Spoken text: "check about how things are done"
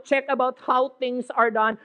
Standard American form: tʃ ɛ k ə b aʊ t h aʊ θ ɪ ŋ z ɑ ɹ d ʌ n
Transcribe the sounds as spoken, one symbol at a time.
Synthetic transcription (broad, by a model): tʃ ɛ k ə b aʊ t h aʊ t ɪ ŋ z ɑ ɹ d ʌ n